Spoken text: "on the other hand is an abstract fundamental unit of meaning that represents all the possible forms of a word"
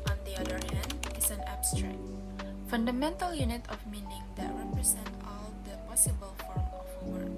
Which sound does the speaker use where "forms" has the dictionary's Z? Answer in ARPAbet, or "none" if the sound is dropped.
none